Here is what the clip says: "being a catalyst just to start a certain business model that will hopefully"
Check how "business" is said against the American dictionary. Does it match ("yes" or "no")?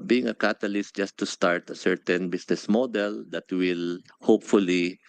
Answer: no